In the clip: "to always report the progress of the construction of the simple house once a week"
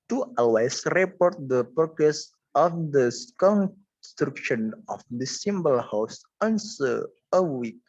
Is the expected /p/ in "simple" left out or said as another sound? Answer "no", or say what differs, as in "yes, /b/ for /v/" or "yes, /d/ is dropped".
yes, /b/ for /p/